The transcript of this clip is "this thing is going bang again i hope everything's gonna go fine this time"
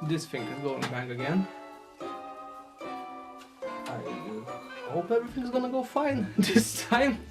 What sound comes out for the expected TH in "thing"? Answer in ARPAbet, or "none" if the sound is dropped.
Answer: F